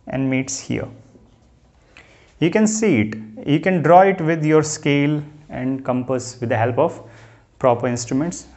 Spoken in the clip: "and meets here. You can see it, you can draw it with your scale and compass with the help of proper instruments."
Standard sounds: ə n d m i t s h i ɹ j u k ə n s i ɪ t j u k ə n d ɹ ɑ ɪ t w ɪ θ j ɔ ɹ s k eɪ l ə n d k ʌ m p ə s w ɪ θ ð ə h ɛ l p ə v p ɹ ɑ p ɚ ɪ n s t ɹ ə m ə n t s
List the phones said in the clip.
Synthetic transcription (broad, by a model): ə n d m i t s h i ɹ j u k ə n s i ɪ t j u k ə n d ɹ ɑ ɪ t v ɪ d j ɔ ɹ s k eɪ l ə n d k ʌ m p ə s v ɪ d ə h ɛ l p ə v p ɹ ɑ p ɚ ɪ n s t ɹ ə m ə n t s